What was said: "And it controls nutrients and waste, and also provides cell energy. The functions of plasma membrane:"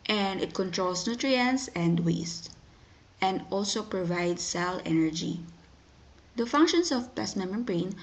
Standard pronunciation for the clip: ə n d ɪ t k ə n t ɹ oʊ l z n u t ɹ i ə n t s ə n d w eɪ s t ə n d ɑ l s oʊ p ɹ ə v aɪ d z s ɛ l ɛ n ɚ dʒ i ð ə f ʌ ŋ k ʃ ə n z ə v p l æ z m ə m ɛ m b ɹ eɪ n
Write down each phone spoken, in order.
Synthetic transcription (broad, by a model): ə n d ɪ t k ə n t ɹ oʊ l s n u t ɹ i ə n s ə n d w eɪ s t ə n d ɑ l s oʊ p ɹ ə v aɪ d s ɛ l ɛ n ɚ dʒ i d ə f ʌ ŋ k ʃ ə n s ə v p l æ s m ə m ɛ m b ɹ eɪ n